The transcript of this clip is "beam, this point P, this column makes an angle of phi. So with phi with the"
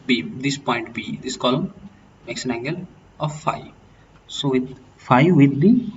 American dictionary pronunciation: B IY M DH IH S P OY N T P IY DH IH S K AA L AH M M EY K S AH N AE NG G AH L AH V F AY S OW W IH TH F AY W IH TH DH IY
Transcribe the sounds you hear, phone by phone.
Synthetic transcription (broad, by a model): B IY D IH S P OY N T B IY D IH S K AA L AH M M EY K S AH N AE NG G AH L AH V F AY S OW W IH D F AY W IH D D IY